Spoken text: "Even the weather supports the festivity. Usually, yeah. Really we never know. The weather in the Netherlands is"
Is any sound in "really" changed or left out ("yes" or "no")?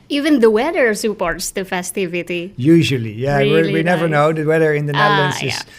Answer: yes